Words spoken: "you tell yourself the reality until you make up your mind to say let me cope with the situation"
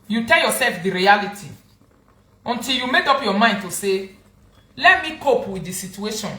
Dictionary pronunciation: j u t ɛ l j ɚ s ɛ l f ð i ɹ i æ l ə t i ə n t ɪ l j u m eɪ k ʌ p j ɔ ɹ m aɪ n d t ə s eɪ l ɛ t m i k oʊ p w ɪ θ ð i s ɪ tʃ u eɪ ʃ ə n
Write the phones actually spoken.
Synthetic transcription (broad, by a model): j u t ɛ l j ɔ s ɛ l f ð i ɹ i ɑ l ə t i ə n t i l j u m eɪ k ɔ p j ɔ m aɪ n d t ə s eɪ l ɛ t m i k oʊ p w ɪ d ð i s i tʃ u eɪ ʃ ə n